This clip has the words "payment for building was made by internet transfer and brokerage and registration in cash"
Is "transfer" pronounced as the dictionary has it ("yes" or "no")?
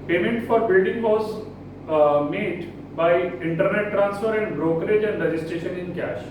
yes